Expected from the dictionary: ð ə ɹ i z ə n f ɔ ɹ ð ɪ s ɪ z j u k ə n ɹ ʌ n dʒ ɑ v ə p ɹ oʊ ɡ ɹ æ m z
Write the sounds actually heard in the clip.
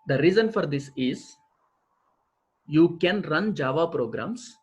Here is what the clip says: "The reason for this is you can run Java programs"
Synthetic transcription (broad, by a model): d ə ɹ i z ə n f ɔ ɹ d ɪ s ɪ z j u k ə n ɹ ʌ n dʒ ɑ v ə p ɹ oʊ ɡ ɹ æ m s